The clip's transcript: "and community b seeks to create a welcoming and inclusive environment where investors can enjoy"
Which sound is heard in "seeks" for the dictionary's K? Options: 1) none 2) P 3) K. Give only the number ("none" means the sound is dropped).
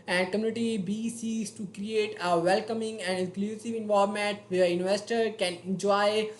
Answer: 1